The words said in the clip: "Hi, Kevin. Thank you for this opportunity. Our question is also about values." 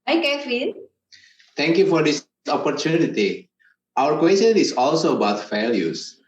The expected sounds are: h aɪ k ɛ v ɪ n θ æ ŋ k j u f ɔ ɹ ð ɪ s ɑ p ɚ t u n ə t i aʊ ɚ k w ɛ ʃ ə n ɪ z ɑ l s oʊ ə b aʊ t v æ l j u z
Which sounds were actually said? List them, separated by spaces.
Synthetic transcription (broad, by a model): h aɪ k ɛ f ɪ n t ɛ ŋ k j u f ɔ ɹ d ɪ s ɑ p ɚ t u n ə t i aʊ ɚ k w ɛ s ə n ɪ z ɑ l s oʊ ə b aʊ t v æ l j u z